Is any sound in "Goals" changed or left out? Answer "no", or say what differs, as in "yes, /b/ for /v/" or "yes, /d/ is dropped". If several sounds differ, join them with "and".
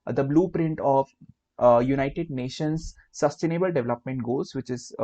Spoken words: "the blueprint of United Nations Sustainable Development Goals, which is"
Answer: yes, /l/ is dropped